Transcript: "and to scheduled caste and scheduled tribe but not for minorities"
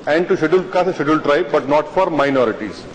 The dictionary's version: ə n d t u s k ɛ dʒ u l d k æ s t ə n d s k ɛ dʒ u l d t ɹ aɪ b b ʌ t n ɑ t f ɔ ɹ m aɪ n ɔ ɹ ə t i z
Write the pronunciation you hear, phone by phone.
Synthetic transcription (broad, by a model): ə n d t u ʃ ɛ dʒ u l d k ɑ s ə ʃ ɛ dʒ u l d t ɹ aɪ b b ʌ t n ɑ t f ɔ ɹ m aɪ n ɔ ɹ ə t i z